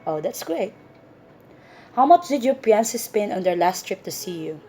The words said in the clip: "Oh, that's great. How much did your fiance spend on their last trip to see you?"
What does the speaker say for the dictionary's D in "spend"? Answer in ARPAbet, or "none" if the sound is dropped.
none